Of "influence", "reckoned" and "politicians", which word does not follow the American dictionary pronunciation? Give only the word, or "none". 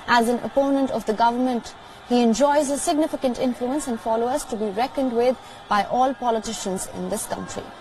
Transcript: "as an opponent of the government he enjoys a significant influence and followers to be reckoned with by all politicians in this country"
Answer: none